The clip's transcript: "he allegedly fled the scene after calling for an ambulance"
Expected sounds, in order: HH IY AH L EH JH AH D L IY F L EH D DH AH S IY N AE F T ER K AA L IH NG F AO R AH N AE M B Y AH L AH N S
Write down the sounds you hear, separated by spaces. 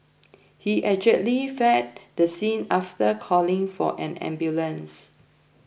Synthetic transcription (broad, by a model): HH IY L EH JH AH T L IY F EH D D AH S IY N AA F T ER K AA L IH NG F AO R AH N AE M B Y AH L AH N S